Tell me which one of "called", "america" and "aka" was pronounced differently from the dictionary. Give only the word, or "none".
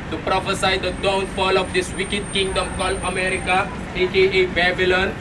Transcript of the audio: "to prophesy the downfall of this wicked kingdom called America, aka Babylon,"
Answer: none